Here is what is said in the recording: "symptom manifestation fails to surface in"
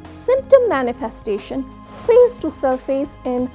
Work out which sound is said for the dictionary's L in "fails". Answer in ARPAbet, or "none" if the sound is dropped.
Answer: none